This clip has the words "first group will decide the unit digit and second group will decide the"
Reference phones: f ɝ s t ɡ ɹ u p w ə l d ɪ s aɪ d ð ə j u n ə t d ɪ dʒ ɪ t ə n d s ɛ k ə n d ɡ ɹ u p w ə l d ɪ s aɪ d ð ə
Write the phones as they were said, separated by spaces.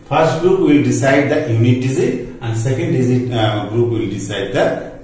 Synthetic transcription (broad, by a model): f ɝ s t ɡ ɹ u p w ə l d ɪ s aɪ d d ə j u n ə t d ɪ z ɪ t ə n d s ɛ k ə n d ɡ ɹ u p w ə l d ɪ s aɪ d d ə